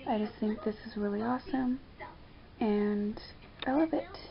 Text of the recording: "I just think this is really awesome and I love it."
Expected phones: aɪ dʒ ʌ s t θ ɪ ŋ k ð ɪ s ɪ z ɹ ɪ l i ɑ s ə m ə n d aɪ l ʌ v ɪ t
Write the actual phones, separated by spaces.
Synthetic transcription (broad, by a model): aɪ dʒ ʌ s t θ ɪ ŋ k ð ɪ s ɪ z ɹ ɪ l i ɑ s ə m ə n aɪ l ʌ v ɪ t